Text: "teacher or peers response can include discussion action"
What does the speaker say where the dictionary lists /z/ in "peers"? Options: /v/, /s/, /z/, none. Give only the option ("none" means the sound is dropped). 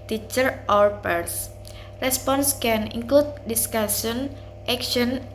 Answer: /s/